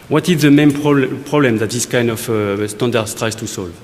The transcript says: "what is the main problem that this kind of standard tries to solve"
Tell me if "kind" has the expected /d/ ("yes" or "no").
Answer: yes